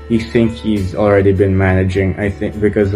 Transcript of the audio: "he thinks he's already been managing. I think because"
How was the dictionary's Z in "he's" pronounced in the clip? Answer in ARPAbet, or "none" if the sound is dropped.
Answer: Z